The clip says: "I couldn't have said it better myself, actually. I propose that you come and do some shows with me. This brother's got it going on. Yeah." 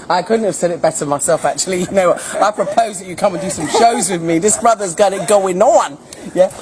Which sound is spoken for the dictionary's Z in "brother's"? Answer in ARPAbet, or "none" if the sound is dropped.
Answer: Z